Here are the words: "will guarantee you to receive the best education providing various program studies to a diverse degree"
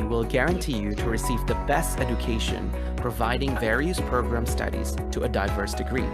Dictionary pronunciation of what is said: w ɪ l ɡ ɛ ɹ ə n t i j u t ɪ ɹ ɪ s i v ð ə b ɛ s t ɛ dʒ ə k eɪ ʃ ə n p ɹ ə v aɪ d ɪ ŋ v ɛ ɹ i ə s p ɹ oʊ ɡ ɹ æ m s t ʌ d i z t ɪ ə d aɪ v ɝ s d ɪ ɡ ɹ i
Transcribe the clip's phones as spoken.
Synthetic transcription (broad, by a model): w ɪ l ɡ ɛ ɹ ə n t i j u t ɪ ɹ ɪ s i v ð ə b ɛ s t ɛ dʒ ə k eɪ ʃ ə n p ɹ ə v aɪ d ɪ ŋ v ɛ ɹ i ə s p ɹ oʊ ɡ ɹ æ m s t ʌ d i z t ɪ ə d aɪ v ɝ s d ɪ ɡ ɹ i